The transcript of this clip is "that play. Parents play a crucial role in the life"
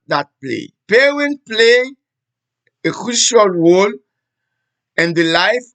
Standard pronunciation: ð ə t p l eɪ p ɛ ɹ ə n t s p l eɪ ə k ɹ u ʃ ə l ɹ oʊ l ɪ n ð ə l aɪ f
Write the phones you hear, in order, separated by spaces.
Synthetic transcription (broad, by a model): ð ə t p l eɪ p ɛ w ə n p l eɪ ə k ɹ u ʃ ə l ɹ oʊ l ɪ n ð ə l aɪ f